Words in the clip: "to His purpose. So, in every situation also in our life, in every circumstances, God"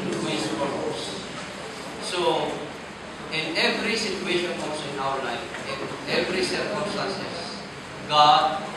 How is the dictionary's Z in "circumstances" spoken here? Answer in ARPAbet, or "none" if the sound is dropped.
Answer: S